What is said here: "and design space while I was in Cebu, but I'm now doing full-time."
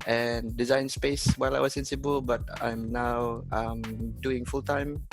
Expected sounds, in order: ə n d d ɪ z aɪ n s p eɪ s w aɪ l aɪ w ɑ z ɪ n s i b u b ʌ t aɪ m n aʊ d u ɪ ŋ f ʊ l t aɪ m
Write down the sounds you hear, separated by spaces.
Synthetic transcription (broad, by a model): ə n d d ɪ z aɪ n s p eɪ s w aɪ l aɪ w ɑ s ɪ n s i b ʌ b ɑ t aɪ m n aʊ d u ɪ ŋ f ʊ l t aɪ m